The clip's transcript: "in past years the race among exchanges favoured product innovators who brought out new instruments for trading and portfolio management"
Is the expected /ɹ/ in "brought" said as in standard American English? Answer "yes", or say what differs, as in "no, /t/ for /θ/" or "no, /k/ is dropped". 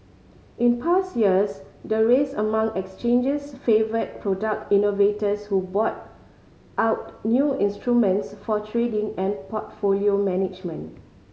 no, /ɹ/ is dropped